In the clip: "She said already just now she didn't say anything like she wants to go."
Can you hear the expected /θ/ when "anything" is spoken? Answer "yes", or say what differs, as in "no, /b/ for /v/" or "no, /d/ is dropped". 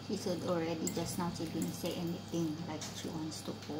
no, /t/ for /θ/